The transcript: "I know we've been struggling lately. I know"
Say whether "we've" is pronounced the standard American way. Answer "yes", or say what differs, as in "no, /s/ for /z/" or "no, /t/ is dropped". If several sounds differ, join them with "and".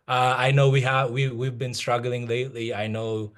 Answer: yes